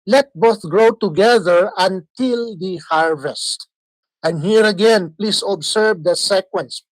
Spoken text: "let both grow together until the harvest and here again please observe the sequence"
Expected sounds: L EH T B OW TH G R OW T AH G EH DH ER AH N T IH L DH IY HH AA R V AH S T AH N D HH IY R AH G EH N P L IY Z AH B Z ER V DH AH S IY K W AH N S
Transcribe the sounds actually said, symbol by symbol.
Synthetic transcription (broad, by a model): L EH T B OW TH G R OW T AH G EH DH ER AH N T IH L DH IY HH AA R V AH S T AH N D HH IY R AH G EH N P L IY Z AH B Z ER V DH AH S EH K W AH N S